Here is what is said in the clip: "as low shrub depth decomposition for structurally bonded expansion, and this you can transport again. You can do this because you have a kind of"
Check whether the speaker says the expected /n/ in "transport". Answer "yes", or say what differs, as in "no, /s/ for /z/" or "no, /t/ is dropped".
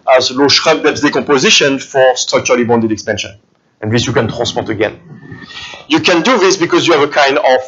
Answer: no, /n/ is dropped